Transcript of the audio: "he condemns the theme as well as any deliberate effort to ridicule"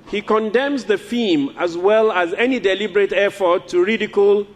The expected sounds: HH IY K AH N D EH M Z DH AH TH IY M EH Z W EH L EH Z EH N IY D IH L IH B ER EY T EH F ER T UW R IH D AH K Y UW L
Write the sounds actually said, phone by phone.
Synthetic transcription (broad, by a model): HH IY K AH N D EH M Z DH AH F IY M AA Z W EH L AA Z EH N IY D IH L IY B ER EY T EH F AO T UW R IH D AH K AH L